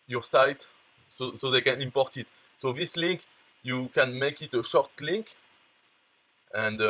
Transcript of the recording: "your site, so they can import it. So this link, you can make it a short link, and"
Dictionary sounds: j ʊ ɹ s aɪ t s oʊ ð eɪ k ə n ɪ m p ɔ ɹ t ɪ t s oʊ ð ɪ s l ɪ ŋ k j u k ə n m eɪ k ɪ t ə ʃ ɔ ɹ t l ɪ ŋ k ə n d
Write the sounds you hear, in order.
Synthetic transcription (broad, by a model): j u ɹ s aɪ t s oʊ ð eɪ k ə n ɪ m p ɔ ɹ t ɪ t s oʊ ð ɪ s l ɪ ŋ k j u k ə n m eɪ k ɪ t ə ʃ ɔ ɹ t l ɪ ŋ k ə n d